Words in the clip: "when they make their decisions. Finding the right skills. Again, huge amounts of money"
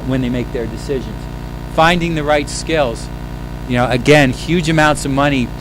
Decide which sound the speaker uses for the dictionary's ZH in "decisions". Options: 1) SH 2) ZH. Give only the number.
2